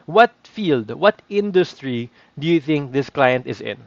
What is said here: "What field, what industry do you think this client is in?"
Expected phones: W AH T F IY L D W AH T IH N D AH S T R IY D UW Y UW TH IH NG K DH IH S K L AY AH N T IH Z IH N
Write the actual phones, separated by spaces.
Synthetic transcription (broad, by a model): W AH T F IY L D W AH T IH N D AH S T R IY D UW Y UW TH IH NG K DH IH S K L AY AH N T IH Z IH N